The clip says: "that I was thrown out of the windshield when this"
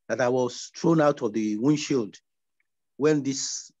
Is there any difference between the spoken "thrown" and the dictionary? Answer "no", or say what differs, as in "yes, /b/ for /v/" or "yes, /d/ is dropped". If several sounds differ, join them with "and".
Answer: yes, /t/ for /θ/